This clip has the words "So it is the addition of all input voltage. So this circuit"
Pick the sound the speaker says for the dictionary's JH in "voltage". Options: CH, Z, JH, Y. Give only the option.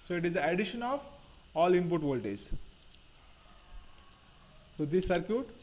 Z